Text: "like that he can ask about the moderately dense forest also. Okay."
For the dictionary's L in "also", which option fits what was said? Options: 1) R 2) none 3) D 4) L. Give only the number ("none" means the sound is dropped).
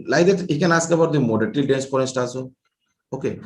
2